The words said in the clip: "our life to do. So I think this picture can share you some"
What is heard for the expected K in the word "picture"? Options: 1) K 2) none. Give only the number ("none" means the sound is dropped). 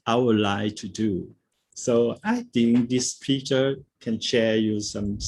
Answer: 2